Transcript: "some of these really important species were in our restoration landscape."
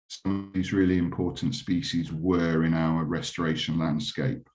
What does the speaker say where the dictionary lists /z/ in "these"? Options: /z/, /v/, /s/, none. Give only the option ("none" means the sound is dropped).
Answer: /z/